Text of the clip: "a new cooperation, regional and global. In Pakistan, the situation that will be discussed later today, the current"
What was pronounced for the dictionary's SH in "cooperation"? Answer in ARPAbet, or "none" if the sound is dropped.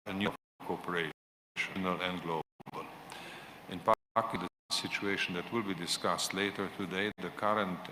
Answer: none